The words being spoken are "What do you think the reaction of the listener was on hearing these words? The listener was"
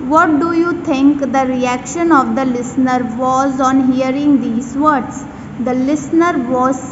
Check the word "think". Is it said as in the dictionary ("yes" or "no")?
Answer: no